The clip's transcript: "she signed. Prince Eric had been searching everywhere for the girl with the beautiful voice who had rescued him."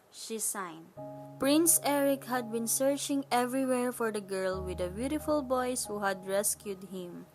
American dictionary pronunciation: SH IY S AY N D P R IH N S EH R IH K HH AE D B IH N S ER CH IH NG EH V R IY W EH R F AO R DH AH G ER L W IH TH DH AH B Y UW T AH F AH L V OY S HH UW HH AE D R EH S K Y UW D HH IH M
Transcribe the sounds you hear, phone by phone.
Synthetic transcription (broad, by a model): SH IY S AY N D P R IH N S EH R IH K HH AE D B IH N S ER CH IH NG EH V R IY W EH R F AO R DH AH G ER L W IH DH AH B Y UW T AH F AH L B OY S HH UW HH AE D R EH S K Y UW D HH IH M